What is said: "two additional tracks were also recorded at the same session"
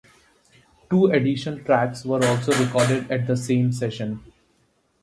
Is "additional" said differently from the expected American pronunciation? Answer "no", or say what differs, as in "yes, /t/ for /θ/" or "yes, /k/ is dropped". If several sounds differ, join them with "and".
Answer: yes, /n/ is dropped and /n/ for /l/